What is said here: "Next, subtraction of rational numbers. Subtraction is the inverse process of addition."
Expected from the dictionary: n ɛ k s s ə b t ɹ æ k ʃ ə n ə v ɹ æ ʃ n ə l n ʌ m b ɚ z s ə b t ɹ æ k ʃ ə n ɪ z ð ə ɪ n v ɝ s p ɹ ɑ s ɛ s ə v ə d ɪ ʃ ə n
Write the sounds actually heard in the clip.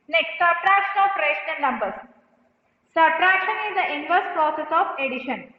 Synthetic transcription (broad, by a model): n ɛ k s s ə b t ɹ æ k ʃ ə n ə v ɹ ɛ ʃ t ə n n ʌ m b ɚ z s ə b t ɹ æ k ʃ ə n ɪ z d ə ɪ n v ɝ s p ɹ ɑ s ɛ s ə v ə d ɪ ʃ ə n